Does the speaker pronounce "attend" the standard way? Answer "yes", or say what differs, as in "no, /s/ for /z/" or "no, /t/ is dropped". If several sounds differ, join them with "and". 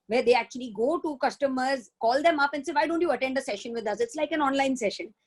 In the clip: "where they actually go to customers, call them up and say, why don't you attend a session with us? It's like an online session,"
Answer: yes